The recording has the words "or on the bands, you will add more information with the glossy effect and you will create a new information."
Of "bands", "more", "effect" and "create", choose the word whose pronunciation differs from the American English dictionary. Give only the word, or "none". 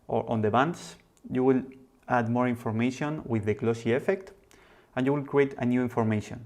bands